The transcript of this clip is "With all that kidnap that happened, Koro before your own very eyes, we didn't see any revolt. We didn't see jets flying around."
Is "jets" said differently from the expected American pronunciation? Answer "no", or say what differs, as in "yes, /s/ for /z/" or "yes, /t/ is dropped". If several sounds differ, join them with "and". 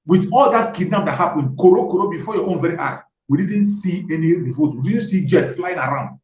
yes, /s/ is dropped